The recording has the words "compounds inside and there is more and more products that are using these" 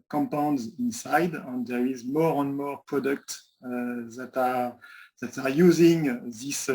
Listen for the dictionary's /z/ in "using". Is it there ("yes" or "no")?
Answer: yes